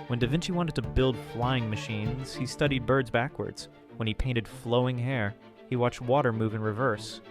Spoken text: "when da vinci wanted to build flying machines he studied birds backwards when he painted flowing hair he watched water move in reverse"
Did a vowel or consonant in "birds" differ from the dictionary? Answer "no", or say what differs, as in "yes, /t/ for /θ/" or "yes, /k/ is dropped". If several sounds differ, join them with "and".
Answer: no